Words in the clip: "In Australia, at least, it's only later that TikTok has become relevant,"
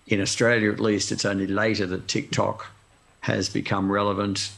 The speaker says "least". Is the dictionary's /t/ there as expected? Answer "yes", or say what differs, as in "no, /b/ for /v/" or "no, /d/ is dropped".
yes